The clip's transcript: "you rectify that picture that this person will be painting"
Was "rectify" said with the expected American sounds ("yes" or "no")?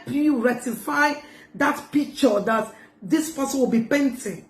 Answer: no